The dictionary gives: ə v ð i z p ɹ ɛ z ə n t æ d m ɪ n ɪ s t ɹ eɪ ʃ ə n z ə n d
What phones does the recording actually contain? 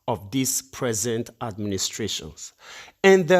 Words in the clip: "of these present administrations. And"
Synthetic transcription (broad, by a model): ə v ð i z p ɹ ɛ z ə n t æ d m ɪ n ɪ s t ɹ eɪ ʃ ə n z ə n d